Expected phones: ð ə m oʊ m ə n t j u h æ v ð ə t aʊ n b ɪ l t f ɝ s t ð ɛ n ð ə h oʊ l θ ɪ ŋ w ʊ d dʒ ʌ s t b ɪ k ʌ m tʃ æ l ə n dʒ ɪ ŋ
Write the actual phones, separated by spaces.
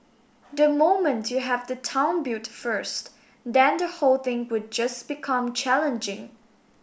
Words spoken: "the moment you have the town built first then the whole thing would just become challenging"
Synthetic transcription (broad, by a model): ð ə m oʊ m ə n t j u h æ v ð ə t aʊ n b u t f ɝ s t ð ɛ n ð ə h oʊ l θ ɪ ŋ w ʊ d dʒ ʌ s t b ɪ k ʌ m tʃ æ l ə n dʒ ɪ ŋ